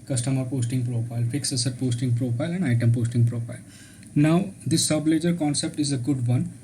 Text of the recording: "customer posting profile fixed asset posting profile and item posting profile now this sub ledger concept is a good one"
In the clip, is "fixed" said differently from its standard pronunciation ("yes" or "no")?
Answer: yes